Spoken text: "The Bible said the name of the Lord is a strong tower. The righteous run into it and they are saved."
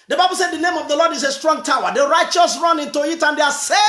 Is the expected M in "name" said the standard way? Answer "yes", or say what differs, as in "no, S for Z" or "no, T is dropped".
yes